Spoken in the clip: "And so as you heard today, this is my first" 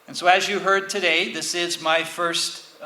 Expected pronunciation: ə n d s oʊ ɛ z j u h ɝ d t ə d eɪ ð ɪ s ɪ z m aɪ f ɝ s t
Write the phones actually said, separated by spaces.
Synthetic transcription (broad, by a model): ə n s oʊ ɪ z j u h ɝ d t ə d eɪ ð ɪ s ɪ z m aɪ f ɝ s t